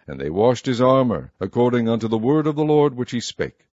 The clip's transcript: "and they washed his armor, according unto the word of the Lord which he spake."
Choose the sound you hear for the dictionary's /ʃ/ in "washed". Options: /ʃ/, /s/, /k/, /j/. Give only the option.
/ʃ/